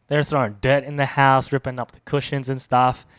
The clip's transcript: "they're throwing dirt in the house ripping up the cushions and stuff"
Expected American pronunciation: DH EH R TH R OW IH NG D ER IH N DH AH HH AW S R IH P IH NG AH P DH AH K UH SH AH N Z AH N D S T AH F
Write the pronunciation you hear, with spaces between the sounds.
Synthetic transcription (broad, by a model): DH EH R S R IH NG D ER IH N DH AH HH AW S R IH P IH NG AH P DH AH K UH SH AH N Z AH N S T AH F